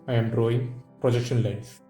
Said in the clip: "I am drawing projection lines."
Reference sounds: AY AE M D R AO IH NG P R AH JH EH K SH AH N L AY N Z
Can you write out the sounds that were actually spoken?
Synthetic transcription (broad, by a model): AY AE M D R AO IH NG P R AH JH EH K SH AH N L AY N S